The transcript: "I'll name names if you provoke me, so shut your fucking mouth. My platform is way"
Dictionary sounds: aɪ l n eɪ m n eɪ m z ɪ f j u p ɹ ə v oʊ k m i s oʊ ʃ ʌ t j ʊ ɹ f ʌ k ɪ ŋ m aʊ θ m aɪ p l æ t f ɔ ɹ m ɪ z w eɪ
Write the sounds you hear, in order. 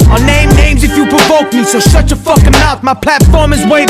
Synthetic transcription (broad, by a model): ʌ n eɪ m n eɪ m z ɪ f j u p ɹ ə v oʊ k m i s oʊ s ʌ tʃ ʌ f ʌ k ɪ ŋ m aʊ t m aɪ p l æ t f ɔ ɹ m ɪ z w eɪ